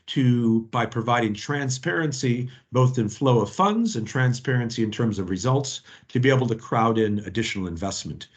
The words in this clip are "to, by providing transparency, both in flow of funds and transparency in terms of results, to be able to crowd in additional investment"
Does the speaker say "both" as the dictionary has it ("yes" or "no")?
yes